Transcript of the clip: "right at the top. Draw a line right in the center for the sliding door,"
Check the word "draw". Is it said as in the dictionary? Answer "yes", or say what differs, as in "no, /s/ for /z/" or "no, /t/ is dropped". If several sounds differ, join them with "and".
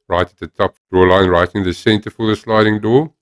no, /ɹ/ is dropped